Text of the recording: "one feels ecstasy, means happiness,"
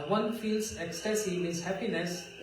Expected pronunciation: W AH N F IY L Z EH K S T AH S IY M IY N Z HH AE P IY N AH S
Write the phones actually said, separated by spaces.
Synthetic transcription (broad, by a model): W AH N F IY L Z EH K S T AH S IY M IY Z HH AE P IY N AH S